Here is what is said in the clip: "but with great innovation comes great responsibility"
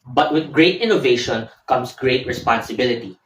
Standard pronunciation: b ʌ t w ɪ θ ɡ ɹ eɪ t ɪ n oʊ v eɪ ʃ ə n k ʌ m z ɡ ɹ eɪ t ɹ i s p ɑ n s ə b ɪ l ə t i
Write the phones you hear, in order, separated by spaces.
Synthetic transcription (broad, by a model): b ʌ t w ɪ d ɡ ɹ eɪ t ɪ n oʊ v eɪ ʃ ə n k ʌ m s ɡ ɹ eɪ t ɹ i s p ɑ n s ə b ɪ l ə t i